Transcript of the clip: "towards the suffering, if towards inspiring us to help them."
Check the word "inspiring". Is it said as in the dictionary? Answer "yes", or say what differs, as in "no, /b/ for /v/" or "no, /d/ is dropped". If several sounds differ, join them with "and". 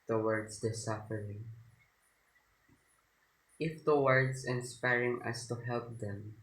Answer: yes